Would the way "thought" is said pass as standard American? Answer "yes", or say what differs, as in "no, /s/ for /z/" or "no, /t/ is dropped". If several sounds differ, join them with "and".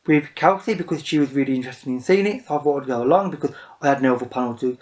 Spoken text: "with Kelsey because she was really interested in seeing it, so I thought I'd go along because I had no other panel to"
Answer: no, /f/ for /θ/